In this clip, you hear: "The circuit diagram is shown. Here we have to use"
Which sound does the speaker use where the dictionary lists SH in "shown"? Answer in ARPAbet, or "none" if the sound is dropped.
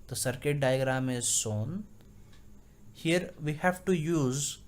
S